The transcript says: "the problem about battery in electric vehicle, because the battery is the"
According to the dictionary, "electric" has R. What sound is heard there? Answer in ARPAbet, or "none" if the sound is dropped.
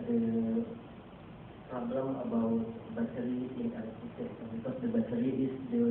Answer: none